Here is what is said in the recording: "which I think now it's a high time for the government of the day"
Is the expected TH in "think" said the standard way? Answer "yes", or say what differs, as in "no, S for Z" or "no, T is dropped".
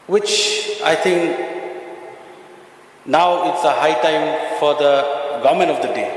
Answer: no, T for TH